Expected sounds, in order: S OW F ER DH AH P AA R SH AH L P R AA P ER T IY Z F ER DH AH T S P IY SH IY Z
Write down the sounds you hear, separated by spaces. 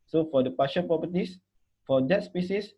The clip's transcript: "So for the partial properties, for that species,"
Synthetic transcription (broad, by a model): S OW F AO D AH P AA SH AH N P R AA P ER T IY S F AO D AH T S P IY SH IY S